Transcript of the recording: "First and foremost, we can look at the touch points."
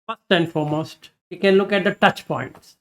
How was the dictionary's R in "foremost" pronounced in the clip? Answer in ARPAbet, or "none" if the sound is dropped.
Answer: R